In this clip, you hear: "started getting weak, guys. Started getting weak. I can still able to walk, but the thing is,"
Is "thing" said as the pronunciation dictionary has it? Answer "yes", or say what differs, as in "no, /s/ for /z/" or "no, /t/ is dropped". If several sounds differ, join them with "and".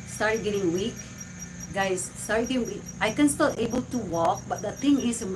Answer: no, /t/ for /θ/